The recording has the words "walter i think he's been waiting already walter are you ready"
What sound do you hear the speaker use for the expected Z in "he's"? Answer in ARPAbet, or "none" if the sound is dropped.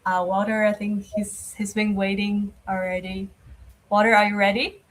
Z